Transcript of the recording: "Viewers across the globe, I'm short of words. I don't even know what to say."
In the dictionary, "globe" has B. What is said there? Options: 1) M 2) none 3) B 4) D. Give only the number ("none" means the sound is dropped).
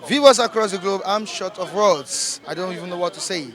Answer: 3